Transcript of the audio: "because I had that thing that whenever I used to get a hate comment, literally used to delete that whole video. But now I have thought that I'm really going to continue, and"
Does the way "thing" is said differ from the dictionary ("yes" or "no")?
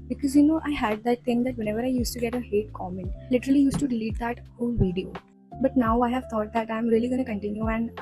yes